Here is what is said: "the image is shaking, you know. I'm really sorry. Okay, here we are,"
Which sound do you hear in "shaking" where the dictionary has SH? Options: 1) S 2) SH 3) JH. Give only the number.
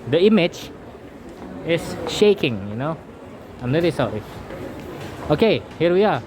2